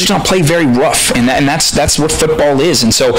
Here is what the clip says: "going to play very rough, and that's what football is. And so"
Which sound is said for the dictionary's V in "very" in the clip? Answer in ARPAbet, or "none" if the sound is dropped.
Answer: V